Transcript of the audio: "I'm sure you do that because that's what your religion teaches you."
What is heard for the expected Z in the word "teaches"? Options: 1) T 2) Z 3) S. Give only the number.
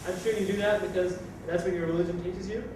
2